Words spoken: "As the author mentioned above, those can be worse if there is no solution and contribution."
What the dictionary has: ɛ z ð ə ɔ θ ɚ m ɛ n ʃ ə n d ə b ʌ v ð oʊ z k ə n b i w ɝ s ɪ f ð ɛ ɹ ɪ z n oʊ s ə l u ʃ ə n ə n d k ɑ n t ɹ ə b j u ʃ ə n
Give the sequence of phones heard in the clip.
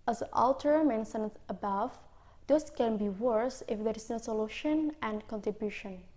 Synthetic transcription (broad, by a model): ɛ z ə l t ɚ m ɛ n s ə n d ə b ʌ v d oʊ s k ə n b i w ɝ s ɪ f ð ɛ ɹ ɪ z n oʊ s ə l u ʃ ə n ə n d k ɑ n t ɹ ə b j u ʃ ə n